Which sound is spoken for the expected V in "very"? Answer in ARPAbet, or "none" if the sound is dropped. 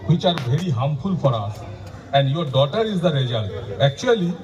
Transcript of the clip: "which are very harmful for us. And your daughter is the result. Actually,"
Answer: B